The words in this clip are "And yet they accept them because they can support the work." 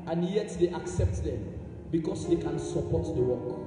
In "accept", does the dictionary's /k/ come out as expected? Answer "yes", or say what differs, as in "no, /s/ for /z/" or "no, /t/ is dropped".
yes